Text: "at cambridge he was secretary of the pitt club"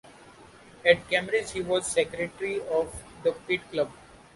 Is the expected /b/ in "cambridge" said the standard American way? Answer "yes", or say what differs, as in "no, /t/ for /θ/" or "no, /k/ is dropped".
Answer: no, /b/ is dropped